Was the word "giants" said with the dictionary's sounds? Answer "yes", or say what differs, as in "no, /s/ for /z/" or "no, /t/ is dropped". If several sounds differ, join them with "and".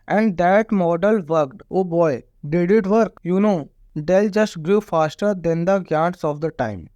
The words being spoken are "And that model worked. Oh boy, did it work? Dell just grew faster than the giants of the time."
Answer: no, /n/ is dropped